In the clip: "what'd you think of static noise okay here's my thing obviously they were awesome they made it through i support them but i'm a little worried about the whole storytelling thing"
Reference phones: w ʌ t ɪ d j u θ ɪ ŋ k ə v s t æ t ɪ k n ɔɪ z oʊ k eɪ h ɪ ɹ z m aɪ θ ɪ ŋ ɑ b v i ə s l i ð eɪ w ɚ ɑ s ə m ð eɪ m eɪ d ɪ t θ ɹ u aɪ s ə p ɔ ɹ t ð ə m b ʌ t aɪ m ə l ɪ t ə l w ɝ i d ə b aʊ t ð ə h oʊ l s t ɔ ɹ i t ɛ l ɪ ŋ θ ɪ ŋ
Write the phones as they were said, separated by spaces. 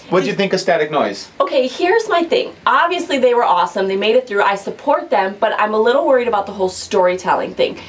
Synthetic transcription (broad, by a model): w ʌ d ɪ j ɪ θ ɪ ŋ k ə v s t æ t ɪ k n ɔɪ z oʊ k eɪ h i ɹ z m aɪ θ ɪ ŋ ɑ b v i ə s l i ð eɪ w ɚ ɑ s ə m ð eɪ m eɪ d ɪ t θ ɹ u aɪ s ə p ɔ ɹ t ð ə m b ʌ t aɪ m ə l ɪ t l w ɝ i d ə b aʊ t ð ə h oʊ l s t ɔ ɹ i t ɛ l ɪ ŋ θ ɪ ŋ